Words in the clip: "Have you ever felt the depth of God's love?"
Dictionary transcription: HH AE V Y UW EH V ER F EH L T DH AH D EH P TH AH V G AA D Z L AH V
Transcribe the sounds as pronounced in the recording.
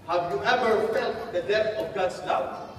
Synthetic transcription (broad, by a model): HH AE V Y UW EH V ER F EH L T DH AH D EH TH AH V G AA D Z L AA